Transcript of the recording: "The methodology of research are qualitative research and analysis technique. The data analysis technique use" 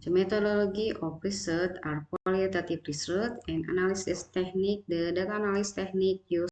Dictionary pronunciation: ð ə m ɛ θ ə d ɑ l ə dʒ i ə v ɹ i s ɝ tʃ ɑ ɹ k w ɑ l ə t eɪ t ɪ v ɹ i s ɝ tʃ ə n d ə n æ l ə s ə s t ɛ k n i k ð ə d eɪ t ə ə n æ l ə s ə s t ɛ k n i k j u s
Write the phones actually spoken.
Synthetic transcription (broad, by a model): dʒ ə m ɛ t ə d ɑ l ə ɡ i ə p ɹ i s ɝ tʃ ɑ ɹ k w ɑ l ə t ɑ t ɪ p ɹ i s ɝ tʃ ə n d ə n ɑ l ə s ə s t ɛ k n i k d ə d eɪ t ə n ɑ l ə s s t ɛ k n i k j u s